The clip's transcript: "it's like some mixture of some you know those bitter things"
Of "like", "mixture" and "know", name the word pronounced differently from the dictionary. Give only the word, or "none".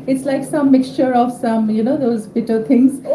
none